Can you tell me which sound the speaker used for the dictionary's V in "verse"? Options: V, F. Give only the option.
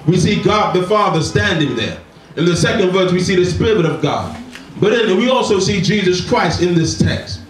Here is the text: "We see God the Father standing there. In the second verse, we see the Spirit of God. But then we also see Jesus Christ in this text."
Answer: V